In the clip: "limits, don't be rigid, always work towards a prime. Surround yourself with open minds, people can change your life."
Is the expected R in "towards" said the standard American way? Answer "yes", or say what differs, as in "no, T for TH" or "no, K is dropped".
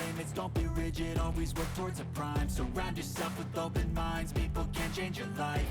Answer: yes